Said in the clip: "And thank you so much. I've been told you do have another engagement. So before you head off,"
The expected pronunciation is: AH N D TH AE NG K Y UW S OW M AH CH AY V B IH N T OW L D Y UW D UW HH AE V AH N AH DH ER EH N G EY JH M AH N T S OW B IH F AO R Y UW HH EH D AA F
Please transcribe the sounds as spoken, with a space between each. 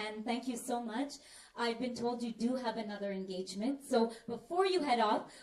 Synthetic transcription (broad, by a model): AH N TH AE NG K Y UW S OW M AH CH AY V B IH N T OW L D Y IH D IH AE V AH N AH DH ER EH N G EY JH M AH N T S OW B IH F AO R Y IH HH EH D AA F